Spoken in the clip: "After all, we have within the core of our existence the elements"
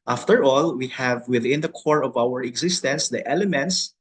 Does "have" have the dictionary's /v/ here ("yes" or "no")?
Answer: yes